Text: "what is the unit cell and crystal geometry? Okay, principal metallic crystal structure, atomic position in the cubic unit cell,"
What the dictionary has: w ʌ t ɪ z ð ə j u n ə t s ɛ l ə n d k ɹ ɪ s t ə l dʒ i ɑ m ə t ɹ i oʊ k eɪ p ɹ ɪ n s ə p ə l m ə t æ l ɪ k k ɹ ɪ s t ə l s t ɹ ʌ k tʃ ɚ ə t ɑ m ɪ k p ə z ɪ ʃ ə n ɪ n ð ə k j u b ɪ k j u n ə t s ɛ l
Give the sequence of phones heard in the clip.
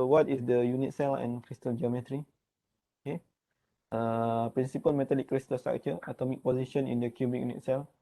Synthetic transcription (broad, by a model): w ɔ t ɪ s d ə j u n ə t s ɛ l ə n k ɹ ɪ s t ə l dʒ i ɑ m ə t ɹ i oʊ k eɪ p ɹ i n s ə p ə l m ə t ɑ l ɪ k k ɹ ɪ s t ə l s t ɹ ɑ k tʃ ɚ ə t ɑ m ɪ k p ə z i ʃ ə n ɪ n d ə k j u b ɪ k j u n ə t s ɛ l